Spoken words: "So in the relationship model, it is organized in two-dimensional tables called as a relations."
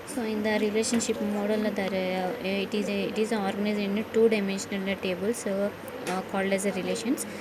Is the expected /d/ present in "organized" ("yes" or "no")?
no